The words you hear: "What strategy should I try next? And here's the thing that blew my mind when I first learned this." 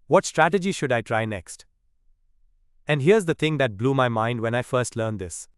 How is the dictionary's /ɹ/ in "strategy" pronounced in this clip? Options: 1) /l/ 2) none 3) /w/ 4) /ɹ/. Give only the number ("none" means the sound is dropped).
4